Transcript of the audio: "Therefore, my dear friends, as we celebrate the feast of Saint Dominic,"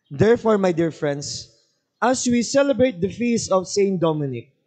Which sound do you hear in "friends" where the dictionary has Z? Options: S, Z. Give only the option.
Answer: S